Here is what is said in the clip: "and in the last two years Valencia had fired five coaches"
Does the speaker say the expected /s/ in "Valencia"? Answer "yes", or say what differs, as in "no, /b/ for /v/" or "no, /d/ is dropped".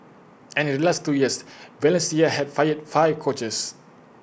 yes